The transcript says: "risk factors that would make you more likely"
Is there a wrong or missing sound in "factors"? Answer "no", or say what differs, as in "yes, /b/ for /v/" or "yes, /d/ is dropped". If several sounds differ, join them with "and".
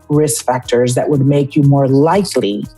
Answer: no